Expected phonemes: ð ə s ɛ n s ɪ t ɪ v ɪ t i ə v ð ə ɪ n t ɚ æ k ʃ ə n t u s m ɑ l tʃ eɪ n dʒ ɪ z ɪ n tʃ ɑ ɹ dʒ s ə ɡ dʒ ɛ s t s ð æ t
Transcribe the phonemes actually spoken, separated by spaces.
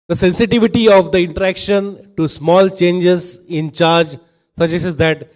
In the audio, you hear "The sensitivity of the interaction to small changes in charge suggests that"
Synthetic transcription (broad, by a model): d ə s ɛ n s ɪ t ɪ v ɪ t i ə v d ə ɪ n t ɚ æ k ʃ ə n t u s m ɑ l tʃ eɪ n dʒ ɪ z ɪ n tʃ ɑ ɹ dʒ s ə dʒ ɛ s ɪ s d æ t